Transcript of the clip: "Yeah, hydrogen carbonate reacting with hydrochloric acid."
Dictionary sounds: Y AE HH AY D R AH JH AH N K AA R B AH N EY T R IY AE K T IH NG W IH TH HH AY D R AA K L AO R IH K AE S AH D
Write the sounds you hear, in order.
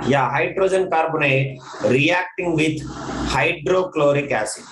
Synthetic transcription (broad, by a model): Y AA HH AY D R AH JH AH N K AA R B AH N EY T R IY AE K T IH NG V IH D HH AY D R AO K L AO R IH K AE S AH